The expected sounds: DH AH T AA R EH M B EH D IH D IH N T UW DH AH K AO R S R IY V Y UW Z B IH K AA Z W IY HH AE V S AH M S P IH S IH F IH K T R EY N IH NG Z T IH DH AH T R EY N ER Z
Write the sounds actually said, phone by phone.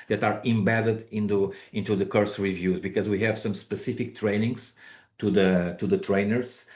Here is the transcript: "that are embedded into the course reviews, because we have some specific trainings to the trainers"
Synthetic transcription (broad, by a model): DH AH T AA R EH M B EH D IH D IH N T UW DH AH K AO R S R IY V Y UW Z B IH K AA Z W IY HH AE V S AH M S P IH S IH F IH K T R EY N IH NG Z T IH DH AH T R EY N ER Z